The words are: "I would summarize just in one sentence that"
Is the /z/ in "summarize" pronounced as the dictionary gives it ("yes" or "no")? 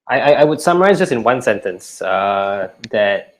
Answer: yes